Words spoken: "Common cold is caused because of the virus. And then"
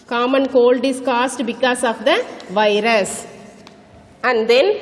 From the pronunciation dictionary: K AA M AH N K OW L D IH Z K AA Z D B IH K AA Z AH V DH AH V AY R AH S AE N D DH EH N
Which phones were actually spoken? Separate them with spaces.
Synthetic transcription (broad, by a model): K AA M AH N K OW L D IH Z K AA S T B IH K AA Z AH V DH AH V AY R AH S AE N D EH N